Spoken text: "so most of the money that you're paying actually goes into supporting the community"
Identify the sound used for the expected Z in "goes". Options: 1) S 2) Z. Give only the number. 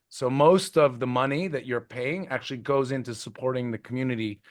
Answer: 2